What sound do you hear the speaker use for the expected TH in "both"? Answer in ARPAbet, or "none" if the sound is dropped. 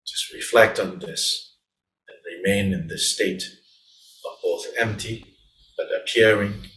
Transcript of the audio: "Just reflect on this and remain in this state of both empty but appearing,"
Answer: TH